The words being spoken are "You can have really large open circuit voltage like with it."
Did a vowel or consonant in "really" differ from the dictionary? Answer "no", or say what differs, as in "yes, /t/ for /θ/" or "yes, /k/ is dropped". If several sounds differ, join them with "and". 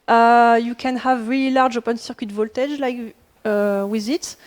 no